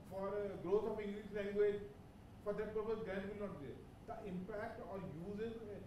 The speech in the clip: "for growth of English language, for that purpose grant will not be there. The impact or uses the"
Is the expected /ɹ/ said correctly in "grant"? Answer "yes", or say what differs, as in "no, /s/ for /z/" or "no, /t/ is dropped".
no, /ɹ/ is dropped